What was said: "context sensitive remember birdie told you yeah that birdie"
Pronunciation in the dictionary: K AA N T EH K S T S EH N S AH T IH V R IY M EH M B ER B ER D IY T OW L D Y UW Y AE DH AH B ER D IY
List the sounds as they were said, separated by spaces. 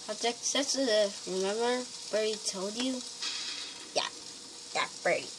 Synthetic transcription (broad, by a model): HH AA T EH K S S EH S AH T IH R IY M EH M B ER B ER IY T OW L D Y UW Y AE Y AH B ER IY